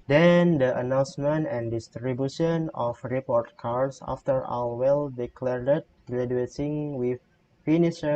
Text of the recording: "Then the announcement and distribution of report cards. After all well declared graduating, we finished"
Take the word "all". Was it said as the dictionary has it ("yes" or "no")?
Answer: no